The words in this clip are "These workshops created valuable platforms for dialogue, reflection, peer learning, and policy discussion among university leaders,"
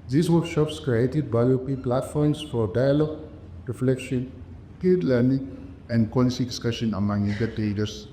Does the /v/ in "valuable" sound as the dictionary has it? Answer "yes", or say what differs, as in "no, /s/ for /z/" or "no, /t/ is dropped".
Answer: no, /b/ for /v/